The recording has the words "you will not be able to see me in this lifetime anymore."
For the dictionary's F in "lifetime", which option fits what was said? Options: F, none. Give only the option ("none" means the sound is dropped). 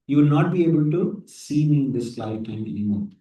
none